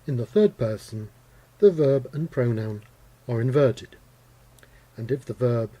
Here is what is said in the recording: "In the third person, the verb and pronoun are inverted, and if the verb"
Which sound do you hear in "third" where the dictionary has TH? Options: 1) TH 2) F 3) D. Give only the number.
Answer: 1